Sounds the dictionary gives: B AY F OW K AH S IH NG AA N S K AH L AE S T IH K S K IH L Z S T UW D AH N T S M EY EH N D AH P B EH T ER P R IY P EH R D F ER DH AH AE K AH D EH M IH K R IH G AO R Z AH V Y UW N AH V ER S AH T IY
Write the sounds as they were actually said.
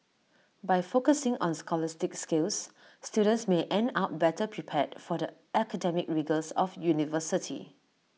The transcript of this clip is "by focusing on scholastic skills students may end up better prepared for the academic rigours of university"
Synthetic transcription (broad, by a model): B AY F OW K AH S IH NG AA N S K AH L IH S T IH K S K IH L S S T UW D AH N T S M EY EH N D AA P B EH T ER P R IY P EH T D F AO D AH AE K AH D EH M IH K R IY G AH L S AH F Y UW N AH V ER S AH T IY